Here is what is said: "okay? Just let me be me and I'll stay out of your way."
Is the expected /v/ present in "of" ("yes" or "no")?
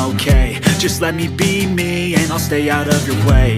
yes